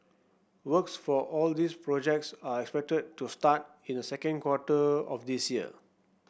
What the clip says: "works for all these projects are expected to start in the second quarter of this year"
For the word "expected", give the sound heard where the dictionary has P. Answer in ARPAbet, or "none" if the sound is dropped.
P